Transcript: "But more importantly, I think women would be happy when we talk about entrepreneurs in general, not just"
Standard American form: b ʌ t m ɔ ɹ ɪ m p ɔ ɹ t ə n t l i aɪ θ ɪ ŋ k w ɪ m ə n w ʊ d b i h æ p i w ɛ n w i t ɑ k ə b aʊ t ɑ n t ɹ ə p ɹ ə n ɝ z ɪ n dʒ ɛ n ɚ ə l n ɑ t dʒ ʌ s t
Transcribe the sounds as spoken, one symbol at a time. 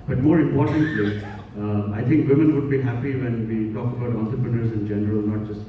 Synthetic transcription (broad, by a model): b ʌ t m ɔ ɹ ɪ m p ɔ ɹ t ə n t l i aɪ t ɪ ŋ k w ɪ m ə n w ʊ d b i h æ p i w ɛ n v i t ɑ k ə b aʊ t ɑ n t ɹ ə p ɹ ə n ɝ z ɪ n dʒ ɛ n ɚ ə l n ɑ t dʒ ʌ s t